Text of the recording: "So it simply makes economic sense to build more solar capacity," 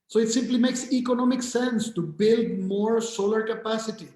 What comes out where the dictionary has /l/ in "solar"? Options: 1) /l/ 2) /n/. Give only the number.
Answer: 1